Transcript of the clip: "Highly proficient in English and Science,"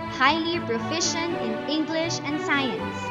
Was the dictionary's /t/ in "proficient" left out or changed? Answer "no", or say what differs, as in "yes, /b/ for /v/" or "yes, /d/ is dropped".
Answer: yes, /t/ is dropped